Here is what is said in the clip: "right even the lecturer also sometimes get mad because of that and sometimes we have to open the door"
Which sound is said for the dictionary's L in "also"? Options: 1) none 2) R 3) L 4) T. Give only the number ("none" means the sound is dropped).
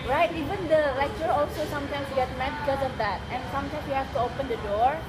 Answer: 3